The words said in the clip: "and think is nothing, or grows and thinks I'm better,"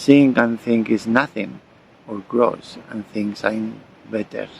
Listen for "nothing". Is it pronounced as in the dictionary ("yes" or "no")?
yes